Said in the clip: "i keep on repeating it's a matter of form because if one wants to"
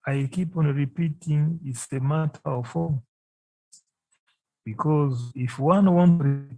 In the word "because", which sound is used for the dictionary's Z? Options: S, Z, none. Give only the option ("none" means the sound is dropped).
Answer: Z